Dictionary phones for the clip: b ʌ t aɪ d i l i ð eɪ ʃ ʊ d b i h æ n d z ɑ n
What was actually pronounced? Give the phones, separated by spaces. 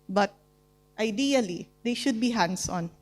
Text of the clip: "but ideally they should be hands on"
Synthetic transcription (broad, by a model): b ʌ t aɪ d i l i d eɪ ʃ ʊ d b i h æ n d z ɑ n